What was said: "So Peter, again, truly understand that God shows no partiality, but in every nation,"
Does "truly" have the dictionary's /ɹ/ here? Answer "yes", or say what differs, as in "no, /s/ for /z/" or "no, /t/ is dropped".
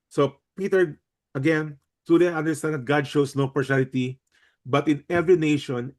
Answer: no, /ɹ/ is dropped